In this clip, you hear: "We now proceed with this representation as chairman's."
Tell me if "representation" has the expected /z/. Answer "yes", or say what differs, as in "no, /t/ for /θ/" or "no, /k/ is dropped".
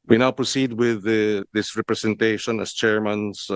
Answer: no, /s/ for /z/